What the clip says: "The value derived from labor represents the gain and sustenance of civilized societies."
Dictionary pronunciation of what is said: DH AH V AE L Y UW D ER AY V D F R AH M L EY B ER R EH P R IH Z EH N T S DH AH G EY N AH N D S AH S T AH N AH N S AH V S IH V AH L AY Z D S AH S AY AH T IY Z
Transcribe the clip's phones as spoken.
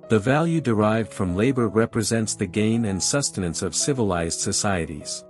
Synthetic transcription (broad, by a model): DH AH V AE L Y UW D ER AY V D F R AH M L EY B ER R EH P R IH Z EH N T S DH AH G EY N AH N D S AH S T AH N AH N S AH V S IH V AH L AY Z D S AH S AY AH T IY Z